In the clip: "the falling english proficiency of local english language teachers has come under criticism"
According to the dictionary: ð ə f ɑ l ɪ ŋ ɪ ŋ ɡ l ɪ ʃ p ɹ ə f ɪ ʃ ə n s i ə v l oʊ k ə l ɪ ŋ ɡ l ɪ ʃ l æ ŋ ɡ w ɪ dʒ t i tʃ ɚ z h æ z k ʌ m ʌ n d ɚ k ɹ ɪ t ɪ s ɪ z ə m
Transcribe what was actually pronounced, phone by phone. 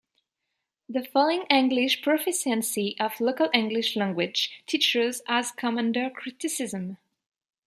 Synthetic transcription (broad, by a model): ð ə f ɑ l ɪ ŋ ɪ ŋ ɡ l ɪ ʃ p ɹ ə f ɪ s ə n s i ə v l oʊ k ə l ɪ ŋ ɡ l ɪ ʃ l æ ŋ ɡ w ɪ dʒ t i tʃ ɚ z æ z k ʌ m ʌ n d ɚ k ɹ ɪ t ɪ s ɪ z ə m